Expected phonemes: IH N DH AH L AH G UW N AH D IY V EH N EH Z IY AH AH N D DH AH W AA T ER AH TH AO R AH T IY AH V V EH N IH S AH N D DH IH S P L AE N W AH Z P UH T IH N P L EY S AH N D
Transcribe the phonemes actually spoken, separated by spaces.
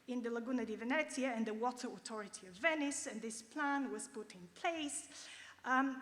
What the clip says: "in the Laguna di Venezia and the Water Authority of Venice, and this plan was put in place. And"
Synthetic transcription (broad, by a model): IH N DH AH L AH G UW N AH D IY V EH N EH S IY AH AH N DH AH W AA T ER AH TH AO R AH T IY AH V V EH N IH S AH N DH IH S P L AE N W AH Z P UH T IH N P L EY AH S